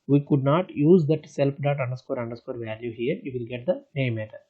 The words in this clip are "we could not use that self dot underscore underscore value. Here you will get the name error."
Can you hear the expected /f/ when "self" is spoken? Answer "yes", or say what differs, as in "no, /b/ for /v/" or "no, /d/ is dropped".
no, /p/ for /f/